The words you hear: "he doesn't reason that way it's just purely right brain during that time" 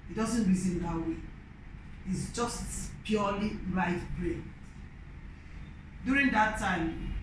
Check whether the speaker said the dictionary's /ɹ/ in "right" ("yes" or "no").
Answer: no